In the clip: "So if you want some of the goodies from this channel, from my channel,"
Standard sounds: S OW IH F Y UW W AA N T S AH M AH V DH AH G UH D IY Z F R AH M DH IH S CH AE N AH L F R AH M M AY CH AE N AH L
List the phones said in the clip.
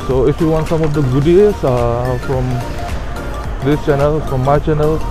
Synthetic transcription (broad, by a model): S OW IH F Y UW W AA N T S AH M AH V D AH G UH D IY S F R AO M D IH S CH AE N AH L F R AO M M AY CH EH N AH L